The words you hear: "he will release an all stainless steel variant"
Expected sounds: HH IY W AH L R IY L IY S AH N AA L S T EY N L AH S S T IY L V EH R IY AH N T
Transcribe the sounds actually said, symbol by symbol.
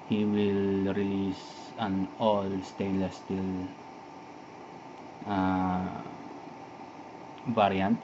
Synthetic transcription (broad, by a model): HH IY W AH L R IY L IY S AH N AA L S T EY L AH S S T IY L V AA R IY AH N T